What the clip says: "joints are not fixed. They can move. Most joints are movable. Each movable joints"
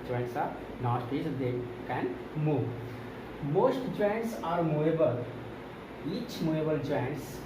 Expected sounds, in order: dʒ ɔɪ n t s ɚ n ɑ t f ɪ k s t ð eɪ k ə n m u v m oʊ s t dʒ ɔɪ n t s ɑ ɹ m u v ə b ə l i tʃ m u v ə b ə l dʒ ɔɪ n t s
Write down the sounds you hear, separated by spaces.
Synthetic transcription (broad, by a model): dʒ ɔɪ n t s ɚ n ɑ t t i s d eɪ k ə n m u v m oʊ s t dʒ ɔɪ n t s ɑ ɹ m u ə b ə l i tʃ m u ə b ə l dʒ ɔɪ n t s